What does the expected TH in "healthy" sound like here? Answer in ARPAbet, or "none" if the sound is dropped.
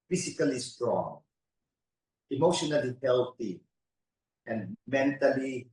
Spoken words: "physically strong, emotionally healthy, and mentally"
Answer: T